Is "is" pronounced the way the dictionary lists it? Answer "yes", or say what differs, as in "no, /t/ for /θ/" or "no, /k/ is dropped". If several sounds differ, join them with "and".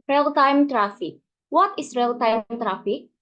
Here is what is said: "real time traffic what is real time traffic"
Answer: no, /s/ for /z/